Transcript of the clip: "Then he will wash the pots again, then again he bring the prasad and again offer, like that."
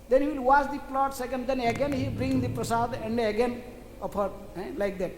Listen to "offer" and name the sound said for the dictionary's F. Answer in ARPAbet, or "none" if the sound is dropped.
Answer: P